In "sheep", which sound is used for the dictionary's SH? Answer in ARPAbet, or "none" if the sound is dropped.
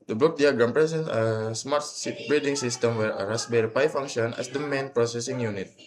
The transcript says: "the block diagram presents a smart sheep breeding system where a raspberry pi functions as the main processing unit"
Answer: S